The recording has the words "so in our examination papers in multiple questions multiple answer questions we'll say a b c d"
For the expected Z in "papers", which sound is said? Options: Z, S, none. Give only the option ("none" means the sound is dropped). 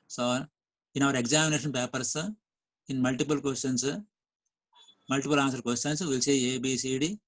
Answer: S